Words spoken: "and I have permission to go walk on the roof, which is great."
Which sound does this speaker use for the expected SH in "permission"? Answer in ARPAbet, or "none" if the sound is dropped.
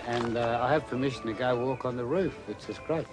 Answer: SH